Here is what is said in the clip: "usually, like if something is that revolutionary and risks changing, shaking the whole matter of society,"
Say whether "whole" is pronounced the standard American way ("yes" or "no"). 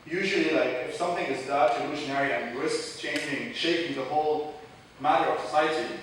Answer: yes